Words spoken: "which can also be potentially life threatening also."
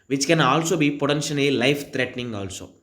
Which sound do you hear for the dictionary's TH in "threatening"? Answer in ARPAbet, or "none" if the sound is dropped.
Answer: T